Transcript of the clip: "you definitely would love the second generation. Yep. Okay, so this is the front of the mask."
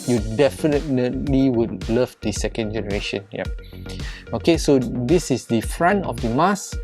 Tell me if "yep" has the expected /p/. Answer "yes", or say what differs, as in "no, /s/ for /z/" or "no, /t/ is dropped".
no, /p/ is dropped